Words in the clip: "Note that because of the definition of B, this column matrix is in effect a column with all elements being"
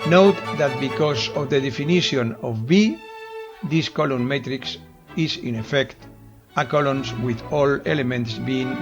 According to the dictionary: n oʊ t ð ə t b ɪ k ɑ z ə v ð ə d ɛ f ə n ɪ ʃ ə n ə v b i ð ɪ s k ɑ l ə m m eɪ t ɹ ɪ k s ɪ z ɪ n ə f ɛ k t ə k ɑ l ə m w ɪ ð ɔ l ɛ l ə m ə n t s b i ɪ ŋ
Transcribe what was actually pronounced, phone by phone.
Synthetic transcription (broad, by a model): n oʊ t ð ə t b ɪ k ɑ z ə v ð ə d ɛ f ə n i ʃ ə n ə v b i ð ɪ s k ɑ l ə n m eɪ t ɹ ɪ k s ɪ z ɪ n ə f ɛ k t ə k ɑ l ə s w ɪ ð ɔ l ɛ l ə m ə n t s b i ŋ